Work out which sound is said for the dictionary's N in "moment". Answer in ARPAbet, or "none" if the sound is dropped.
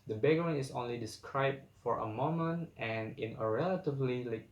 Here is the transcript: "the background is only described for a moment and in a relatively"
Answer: N